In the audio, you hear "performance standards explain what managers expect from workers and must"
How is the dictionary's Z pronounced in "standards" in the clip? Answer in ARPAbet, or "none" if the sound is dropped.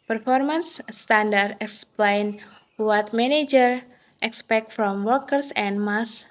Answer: none